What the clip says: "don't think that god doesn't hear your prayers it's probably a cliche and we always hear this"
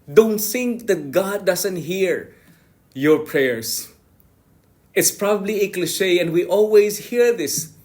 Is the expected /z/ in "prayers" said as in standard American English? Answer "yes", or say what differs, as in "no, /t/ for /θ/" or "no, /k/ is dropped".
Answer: no, /s/ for /z/